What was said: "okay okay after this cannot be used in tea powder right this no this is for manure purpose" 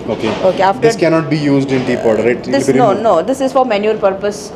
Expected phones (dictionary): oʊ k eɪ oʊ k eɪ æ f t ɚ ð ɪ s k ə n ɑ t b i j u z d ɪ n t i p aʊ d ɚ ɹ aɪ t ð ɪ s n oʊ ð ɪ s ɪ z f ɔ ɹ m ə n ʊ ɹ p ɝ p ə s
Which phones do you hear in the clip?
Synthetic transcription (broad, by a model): oʊ k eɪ oʊ k eɪ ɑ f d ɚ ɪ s k ə n ɑ t b i j u z d ɪ n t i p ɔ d ɹ aɪ t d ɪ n n oʊ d ɪ s ɪ z f ɔ ɹ m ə n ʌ ɹ p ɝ p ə s